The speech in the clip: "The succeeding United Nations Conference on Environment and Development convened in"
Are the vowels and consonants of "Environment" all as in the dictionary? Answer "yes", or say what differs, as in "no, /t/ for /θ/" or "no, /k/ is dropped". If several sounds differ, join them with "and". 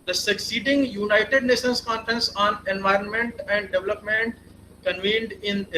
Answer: yes